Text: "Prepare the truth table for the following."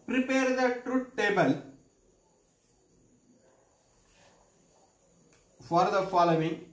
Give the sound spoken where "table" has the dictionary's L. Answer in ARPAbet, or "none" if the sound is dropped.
L